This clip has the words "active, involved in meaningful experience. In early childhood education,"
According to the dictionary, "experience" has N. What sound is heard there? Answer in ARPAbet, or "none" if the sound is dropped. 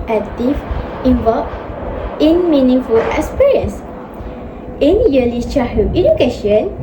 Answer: none